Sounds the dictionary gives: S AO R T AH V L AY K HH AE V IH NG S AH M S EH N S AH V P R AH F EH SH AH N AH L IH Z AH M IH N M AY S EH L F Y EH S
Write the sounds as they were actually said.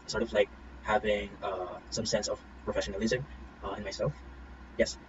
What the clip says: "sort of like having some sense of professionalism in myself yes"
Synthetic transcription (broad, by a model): S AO R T AH V L AY K HH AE V IH NG S AH M S EH N S AH V P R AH F EH SH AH N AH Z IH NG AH IH N M AY S EH L F Y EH S